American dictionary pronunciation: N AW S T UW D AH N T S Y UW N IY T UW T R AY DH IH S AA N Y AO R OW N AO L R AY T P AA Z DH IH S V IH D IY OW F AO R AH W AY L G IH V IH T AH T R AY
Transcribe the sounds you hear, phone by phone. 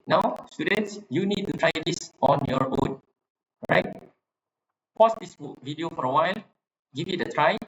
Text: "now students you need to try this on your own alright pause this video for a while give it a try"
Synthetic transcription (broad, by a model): N AW S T UW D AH N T S Y UW N IY T UW T R AY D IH S AA N Y AO R OW N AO R AY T P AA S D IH S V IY D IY OW F AO R AH W AY L G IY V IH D AH T R AY